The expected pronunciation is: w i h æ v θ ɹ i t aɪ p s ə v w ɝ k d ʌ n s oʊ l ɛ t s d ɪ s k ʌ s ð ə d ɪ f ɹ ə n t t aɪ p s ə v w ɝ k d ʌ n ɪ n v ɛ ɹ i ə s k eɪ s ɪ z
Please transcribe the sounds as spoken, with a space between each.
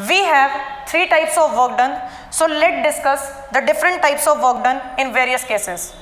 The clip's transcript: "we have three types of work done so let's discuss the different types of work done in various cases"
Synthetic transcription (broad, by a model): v i h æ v t ɹ i t aɪ p s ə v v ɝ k d ʌ n s oʊ l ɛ t d ɪ s k ʌ s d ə d ɪ f ɹ ə n t t aɪ p s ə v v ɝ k d ʌ n ɪ n v ɛ ɹ i ə s k eɪ s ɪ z